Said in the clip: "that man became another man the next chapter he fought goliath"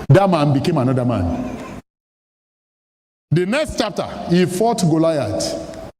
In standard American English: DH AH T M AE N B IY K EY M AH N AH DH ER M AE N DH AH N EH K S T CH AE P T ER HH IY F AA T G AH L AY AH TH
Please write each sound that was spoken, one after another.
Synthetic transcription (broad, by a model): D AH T M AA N B IY K EY M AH N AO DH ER M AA N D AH N EH K S T CH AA P T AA HH IY F AA T G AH L AY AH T